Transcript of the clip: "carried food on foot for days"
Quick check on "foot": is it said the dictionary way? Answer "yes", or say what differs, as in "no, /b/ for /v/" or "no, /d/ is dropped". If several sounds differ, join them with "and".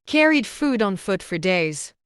yes